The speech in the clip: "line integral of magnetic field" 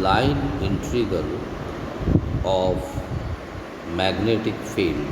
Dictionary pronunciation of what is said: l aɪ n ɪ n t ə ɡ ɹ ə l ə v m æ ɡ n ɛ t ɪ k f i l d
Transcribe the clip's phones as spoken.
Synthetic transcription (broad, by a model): l aɪ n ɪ n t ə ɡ ə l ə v m æ ɡ n ɛ t ɪ k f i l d